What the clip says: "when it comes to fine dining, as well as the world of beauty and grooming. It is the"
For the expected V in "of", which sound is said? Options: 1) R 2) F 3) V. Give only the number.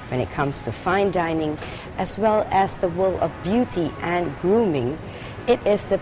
3